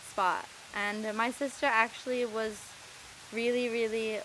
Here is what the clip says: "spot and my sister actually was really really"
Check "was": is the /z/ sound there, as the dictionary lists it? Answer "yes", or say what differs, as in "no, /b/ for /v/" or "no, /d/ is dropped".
yes